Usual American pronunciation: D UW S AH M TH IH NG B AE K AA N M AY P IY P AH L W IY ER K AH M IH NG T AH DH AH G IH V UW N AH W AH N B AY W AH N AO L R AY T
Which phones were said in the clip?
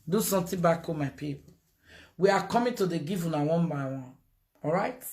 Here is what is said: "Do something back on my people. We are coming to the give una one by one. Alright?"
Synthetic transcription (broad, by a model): D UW S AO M T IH B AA K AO M AY P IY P W IY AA K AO M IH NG T AH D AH G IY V UW N AH W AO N B AY W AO N AO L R AY T